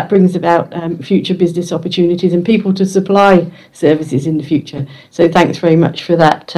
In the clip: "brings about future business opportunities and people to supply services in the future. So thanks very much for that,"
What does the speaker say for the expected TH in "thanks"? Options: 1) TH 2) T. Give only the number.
1